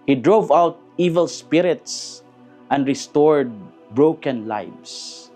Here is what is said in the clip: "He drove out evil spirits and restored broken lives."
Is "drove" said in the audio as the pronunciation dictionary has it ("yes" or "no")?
yes